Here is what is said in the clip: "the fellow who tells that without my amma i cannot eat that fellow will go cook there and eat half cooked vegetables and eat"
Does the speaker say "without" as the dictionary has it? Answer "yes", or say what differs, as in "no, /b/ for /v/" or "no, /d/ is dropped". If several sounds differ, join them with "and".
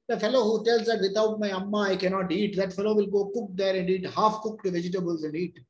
no, /t/ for /θ/